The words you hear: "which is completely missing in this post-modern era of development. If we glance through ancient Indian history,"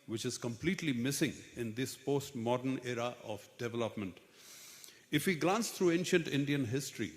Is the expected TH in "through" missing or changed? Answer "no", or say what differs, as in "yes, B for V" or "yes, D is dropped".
yes, T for TH